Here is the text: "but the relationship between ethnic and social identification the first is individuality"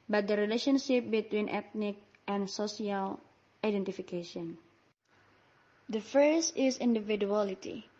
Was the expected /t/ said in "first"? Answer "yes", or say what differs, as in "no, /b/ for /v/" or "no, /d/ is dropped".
no, /t/ is dropped